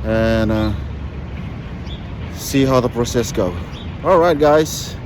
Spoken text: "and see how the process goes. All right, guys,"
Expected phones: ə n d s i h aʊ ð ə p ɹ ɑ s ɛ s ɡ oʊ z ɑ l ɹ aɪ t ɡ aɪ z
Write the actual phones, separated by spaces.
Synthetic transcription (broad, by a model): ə n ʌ s i h aʊ ð ə p ɹ ɑ s ɛ s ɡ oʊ ɑ l ɹ aɪ t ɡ aɪ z